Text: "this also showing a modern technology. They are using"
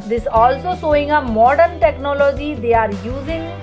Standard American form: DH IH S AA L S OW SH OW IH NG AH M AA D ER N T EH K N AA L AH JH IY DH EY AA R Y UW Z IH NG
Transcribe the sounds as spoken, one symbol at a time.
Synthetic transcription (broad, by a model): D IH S AA L S OW S OW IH NG AH M AA D ER N T EH K N AA L AH JH IY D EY AA R Y UW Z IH NG